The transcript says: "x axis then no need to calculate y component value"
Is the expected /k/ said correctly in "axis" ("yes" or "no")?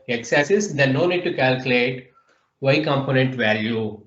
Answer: no